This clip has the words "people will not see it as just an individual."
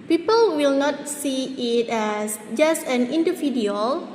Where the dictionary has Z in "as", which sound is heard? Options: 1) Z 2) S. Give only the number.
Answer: 2